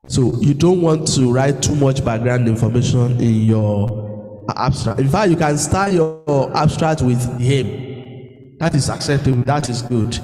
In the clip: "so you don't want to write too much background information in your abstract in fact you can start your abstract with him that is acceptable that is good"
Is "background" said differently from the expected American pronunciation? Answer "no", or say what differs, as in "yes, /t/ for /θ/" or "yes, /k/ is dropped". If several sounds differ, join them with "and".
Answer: yes, /k/ is dropped